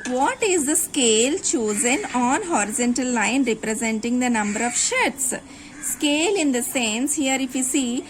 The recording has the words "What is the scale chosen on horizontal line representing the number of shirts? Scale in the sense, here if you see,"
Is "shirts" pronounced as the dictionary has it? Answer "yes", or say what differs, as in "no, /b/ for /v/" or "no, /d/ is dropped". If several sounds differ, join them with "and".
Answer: yes